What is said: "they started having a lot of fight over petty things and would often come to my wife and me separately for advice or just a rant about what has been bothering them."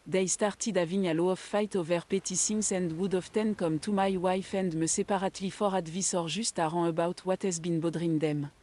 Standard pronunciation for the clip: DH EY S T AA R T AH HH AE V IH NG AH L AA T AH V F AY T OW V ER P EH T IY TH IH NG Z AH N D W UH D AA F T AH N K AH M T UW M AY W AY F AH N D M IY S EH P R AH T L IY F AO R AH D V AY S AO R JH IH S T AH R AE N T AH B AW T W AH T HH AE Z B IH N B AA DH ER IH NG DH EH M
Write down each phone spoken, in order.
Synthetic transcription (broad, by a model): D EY S T AA R T AH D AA V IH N AH L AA AH F AY T OW V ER P EH T IY S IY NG S AH N D W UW D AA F T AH N K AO M T UW M AY W AY F AH N D M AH S EH P R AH T L IY F AO R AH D V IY S AO R ZH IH S T AH R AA AH B AW T W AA T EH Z B IH N B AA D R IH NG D EH M